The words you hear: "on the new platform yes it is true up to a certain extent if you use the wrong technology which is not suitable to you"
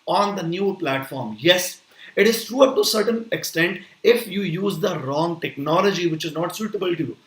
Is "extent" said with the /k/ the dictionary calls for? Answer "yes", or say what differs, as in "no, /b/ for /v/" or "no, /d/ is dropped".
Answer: yes